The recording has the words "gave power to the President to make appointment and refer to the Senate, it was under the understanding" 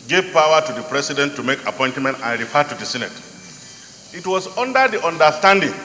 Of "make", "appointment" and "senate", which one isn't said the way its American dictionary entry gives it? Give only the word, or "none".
none